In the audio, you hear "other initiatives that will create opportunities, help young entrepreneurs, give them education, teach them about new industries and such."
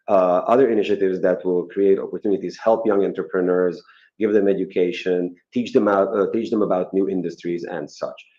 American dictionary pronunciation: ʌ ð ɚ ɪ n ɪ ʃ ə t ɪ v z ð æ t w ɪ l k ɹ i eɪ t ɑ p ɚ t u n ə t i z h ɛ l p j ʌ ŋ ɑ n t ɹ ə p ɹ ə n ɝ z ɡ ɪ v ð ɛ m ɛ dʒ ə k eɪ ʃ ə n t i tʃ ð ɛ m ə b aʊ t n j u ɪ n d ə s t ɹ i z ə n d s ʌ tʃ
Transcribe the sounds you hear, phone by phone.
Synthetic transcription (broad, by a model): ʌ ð ɚ ɪ n ɪ ʃ ə t ɪ v z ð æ t w ɪ l k ɹ i eɪ t ɑ p ɚ t u n ə t i z h ɛ l p j ʌ ŋ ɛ n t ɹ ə p ɹ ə n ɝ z ɡ ɪ v ð ɛ m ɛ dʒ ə k eɪ ʃ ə n t i tʃ ð ɛ m ə b aʊ t n j u ɪ n d ə s t ɹ i z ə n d s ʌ tʃ